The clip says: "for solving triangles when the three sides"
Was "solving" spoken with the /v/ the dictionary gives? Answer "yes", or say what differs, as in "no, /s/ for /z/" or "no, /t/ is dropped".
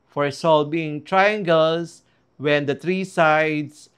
no, /b/ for /v/